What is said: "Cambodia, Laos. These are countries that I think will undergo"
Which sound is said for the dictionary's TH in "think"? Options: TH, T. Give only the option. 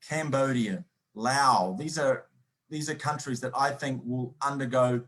TH